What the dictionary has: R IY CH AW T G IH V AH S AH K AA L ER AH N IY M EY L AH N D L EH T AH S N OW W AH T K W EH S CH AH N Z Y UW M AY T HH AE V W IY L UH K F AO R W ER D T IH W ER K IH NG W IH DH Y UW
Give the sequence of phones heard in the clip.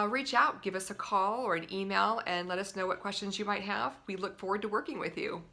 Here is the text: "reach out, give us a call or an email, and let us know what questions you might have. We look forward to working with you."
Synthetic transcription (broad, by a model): R IY CH AW T G IH V AH S AH K AA L ER AH N IY M EY L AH N L EH T AH S N OW W AH T K W EH S CH AH N Z Y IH M AY T HH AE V W IY L UH K F AO R W ER D T IH W ER K IH NG W IH DH Y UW